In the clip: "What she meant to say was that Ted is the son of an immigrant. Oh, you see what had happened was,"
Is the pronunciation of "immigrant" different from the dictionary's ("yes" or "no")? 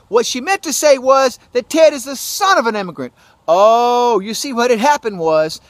no